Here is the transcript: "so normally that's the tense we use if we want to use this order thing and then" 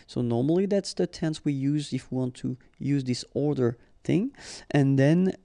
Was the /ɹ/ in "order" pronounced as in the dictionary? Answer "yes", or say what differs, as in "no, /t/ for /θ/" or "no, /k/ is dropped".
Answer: yes